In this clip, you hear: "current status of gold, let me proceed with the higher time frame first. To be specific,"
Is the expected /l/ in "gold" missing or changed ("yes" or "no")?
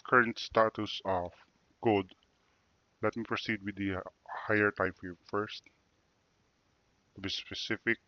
yes